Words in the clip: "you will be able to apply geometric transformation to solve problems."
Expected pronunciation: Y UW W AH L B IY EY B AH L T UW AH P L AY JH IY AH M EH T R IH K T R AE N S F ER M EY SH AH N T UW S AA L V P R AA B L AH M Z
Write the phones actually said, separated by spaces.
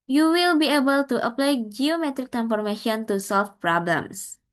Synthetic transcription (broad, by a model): Y UW W AH L B IY EY B AH L T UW AH P L AY JH IY AH M EH T R IH K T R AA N F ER M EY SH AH N T UW S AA L F P R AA B L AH M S